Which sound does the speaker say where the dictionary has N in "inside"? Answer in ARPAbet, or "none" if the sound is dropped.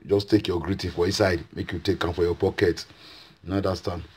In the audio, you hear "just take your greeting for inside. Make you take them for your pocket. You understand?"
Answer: none